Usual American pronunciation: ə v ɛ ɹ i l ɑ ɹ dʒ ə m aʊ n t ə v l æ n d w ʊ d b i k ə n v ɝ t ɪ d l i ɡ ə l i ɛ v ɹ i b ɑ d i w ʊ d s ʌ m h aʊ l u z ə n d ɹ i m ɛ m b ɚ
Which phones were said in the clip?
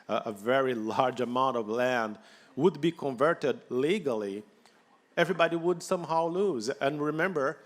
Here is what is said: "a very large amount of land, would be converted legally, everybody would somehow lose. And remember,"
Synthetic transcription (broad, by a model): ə v ɛ ɹ i l ɑ ɹ dʒ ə m aʊ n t ə v l æ n d w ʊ d b i k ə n v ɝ t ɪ d l i ɡ ə l i ɛ v ɹ i b ɑ d i w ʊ d s ʌ m h aʊ l u z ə n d ɹ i m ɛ m b ɚ